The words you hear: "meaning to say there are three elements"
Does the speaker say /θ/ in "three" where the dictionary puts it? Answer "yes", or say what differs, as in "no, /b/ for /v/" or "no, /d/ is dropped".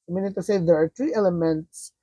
no, /t/ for /θ/